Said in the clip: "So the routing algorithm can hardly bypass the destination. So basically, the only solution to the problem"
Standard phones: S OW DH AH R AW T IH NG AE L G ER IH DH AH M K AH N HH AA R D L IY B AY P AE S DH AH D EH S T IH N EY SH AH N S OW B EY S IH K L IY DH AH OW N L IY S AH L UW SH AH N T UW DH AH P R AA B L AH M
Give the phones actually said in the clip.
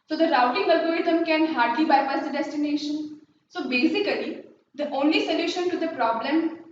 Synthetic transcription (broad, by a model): S OW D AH R AW T IH NG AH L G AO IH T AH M K AH N HH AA R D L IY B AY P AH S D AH D EH S T IH N EY SH AH N S OW B EY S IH K L IY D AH OW N L IY S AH L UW SH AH N T UW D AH P R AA B L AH M